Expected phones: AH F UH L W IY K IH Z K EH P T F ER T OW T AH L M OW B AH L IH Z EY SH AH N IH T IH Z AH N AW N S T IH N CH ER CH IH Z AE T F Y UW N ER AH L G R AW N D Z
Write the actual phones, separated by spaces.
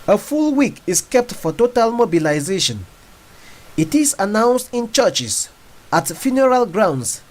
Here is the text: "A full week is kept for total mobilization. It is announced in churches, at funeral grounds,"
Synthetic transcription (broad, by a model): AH F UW L W IY K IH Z K EH P T F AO T OW T AH L M OW B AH L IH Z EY SH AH N IH T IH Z AH N AW N S T IH N CH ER CH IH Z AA T F Y UW N ER AH L G R AW N D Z